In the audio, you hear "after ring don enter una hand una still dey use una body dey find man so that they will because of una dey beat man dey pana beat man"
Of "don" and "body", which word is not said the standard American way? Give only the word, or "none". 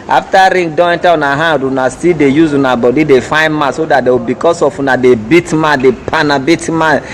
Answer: don